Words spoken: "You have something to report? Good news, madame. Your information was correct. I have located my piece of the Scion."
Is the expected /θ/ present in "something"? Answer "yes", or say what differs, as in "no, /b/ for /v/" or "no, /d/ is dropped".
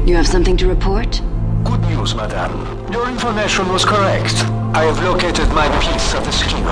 yes